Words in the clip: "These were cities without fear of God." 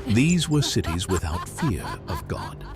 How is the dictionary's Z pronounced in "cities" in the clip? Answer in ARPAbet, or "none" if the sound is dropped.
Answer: Z